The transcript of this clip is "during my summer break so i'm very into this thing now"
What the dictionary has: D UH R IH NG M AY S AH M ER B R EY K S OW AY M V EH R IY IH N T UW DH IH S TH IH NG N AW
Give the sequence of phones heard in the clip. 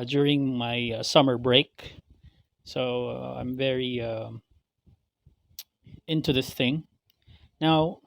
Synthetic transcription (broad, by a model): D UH R IH NG M AY S AH M ER B R EY K S OW AY M V EH R IY IH N T UW DH IH S TH IH NG N AW